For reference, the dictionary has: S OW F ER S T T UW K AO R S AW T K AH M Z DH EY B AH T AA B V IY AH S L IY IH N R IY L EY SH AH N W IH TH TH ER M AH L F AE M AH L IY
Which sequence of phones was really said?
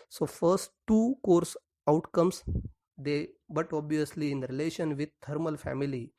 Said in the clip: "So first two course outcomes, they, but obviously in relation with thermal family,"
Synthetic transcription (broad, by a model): S OW F ER S T T UW K AO R S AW T K AH M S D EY B AH T AA B V IY AH S L IY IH N R IY L EY SH AH N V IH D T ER M AH L F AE M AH L IY